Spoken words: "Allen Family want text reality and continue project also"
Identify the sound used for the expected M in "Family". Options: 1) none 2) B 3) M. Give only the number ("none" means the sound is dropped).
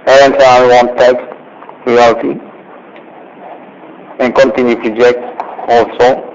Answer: 1